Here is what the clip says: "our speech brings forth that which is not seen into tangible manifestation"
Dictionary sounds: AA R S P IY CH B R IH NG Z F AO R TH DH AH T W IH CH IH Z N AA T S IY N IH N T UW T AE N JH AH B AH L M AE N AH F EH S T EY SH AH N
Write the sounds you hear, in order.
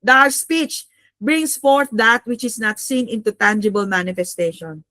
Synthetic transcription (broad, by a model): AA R S P IY CH B R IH NG S F AO R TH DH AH T W IH CH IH S N AA T S IY N IH N T UW T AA N JH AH B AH L M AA N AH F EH S T EY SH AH N